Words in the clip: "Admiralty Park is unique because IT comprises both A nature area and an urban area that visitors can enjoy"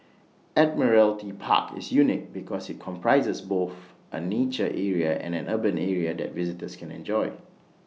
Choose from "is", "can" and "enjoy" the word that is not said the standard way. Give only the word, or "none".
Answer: is